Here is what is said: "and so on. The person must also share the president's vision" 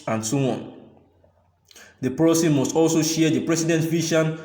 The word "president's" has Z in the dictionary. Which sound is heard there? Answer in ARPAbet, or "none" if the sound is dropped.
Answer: S